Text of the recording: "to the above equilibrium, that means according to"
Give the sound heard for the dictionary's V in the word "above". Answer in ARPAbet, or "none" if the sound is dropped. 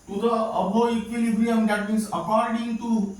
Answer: none